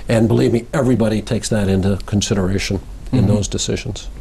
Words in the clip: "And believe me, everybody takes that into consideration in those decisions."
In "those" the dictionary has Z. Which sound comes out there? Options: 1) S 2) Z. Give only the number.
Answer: 2